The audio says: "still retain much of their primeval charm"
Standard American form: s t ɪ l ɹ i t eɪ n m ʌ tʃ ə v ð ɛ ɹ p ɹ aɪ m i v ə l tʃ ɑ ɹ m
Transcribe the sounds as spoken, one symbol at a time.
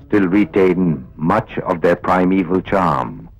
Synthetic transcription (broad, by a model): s t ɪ l ɹ i t eɪ n m ʌ tʃ ə v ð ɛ ɹ p ɹ aɪ m i v ə l tʃ ɑ ɹ m